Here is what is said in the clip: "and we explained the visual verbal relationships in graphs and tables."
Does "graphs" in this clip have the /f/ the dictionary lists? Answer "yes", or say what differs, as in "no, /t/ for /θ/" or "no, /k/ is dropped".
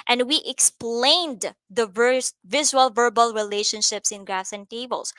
no, /f/ is dropped